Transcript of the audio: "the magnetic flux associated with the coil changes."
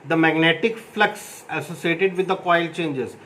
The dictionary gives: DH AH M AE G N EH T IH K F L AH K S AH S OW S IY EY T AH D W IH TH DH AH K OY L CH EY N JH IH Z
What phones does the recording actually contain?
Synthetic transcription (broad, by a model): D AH M AE G N EH T IH K F L AH K S AH S OW S IY EY T AH D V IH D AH K OY L CH EY N JH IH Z